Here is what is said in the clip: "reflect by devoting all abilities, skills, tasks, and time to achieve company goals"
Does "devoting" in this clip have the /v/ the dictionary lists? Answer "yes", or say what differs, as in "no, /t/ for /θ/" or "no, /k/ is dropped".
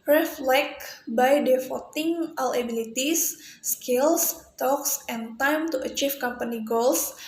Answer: no, /f/ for /v/